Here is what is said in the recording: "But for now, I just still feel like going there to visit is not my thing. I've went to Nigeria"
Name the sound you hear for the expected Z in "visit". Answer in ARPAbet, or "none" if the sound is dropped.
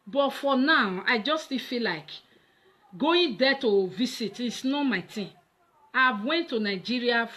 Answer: S